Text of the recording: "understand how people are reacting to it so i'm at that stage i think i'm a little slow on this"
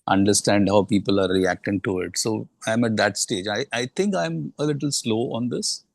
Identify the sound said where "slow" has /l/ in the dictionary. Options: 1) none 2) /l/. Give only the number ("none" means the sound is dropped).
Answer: 2